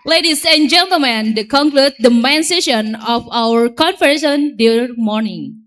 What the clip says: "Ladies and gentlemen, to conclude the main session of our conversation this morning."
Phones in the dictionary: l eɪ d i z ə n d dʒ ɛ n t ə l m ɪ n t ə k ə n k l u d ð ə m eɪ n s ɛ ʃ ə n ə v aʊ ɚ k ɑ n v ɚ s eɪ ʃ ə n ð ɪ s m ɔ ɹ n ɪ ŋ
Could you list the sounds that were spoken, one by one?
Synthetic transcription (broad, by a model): l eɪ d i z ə n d dʒ ɛ n t ə l m ɪ n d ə k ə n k l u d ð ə m eɪ n s ɛ ʃ ə n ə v aʊ ɚ k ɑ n f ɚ eɪ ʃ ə n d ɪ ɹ m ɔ ɹ n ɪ ŋ